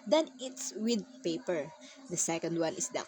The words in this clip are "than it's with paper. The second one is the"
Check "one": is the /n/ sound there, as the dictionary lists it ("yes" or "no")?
no